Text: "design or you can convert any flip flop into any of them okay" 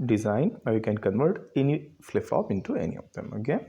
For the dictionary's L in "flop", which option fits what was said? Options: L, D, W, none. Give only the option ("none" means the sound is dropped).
none